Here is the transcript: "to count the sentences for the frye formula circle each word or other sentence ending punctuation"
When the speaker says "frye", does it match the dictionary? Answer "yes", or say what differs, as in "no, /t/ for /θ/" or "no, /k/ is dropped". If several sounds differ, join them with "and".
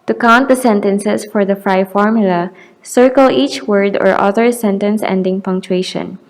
yes